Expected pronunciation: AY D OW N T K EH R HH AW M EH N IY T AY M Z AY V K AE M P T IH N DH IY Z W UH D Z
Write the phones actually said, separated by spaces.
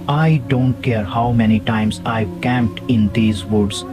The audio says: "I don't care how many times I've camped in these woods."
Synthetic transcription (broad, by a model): AY D OW N T K EH R HH AW M EH N IY T AY M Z AY V K AE M P T IH N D IY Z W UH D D